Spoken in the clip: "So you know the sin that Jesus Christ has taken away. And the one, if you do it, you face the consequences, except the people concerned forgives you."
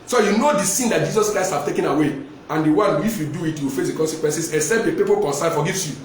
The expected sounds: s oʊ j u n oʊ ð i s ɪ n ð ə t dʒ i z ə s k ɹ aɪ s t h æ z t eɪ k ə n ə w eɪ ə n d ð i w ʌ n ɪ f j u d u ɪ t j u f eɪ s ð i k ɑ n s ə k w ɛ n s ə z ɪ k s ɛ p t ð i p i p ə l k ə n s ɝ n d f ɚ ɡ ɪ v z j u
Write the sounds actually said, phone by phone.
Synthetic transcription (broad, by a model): s oʊ j u n oʊ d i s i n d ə t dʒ i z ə s k ɹ aɪ s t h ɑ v t eɪ k ə n ə w eɪ ə n d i w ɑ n ɪ f j u d u ɪ t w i f eɪ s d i k ɑ n s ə k w ɛ n s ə s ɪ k s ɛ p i p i p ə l k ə n s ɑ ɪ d f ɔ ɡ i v s j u